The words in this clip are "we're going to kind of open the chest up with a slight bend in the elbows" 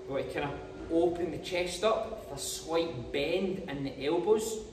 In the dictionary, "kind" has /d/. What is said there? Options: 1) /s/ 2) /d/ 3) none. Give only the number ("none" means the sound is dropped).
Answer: 3